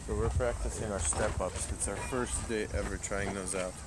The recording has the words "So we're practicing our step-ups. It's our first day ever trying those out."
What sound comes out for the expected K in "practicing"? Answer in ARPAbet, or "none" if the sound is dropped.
K